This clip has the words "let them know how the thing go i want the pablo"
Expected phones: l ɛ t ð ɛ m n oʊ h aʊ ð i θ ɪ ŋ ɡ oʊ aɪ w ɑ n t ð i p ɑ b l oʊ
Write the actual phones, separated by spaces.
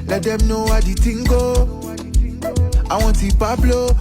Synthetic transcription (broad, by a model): l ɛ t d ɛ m n oʊ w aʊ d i t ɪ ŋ ɡ oʊ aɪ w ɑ t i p ɑ b l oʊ